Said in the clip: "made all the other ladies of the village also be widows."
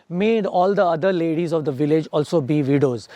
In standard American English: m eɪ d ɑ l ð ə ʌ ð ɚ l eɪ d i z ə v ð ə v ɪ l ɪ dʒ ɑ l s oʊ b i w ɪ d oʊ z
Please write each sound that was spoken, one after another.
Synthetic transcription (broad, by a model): m eɪ d ɑ l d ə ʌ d ɚ l eɪ d i z ə v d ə v ɪ l ɪ dʒ ɑ l s oʊ b i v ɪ d oʊ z